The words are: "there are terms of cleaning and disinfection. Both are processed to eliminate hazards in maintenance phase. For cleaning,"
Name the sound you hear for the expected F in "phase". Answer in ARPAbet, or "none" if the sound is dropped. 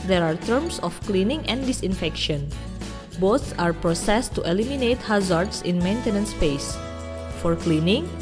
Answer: P